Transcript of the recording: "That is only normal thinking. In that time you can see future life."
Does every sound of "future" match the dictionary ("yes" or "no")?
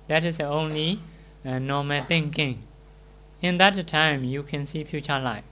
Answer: no